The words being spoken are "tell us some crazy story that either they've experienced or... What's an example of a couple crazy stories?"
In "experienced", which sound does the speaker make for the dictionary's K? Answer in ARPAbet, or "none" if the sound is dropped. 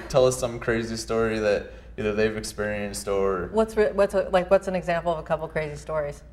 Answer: K